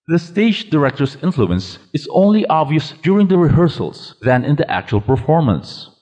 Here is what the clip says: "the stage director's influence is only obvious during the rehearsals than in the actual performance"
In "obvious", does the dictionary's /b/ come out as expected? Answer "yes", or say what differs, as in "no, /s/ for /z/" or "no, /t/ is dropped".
yes